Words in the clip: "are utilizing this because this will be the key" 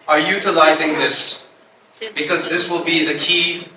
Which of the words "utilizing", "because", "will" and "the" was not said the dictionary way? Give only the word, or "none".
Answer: none